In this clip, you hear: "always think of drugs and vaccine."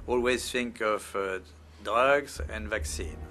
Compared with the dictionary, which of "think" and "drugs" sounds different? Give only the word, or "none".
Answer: drugs